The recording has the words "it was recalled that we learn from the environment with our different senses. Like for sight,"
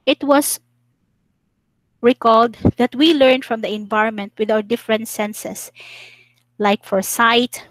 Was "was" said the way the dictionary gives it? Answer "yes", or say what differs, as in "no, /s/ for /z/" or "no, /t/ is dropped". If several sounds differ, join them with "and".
no, /s/ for /z/